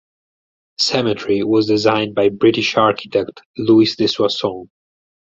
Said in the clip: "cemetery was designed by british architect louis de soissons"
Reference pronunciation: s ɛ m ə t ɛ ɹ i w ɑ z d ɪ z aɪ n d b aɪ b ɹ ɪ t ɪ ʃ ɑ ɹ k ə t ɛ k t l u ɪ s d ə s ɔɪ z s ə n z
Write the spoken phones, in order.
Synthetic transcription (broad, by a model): s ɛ m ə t ɹ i w ɑ z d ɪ z aɪ n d b aɪ b ɹ ɪ t ɪ ʃ ɑ ɹ k ə t ɛ k t l u ɪ s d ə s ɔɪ s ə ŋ